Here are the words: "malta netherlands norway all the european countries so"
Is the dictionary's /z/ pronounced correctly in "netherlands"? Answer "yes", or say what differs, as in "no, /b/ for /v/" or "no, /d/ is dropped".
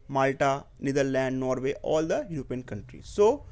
no, /z/ is dropped